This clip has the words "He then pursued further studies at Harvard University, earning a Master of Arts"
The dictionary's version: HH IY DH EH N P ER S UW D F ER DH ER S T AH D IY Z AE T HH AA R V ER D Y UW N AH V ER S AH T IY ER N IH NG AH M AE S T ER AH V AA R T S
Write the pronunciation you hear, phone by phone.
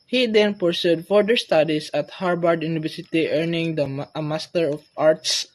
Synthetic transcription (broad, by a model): HH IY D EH N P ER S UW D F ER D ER S T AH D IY S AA T HH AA R B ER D Y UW N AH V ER S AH T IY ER N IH NG AH M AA S T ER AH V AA R T S